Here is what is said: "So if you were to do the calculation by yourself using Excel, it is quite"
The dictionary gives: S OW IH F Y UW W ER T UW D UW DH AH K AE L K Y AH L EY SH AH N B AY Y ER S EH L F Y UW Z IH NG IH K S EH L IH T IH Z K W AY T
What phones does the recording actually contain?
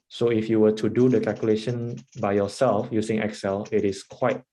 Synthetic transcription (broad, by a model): S OW IH F Y UW W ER T UW D UW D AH K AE L K Y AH L EY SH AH N B AY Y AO S EH L F Y UW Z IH NG IH K S EH L IH T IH S K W AY T